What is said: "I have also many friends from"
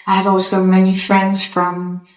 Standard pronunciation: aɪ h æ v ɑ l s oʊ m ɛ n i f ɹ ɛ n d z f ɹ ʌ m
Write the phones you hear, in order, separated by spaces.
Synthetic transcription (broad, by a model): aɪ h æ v ɑ l s oʊ m ɛ n i f ɹ ɛ n d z f ɹ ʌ m